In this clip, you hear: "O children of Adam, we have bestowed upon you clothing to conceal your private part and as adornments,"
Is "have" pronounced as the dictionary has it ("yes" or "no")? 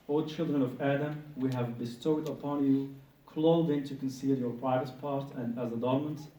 yes